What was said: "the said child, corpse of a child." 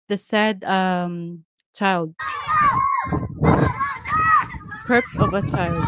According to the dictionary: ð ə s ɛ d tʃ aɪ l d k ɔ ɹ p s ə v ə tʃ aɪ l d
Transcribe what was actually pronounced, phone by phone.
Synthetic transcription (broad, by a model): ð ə s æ d tʃ aɪ l d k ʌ ɹ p ə v ə tʃ aɪ l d